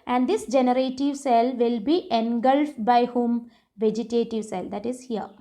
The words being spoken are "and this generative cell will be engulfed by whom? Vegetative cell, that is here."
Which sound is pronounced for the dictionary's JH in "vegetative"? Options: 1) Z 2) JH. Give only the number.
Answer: 2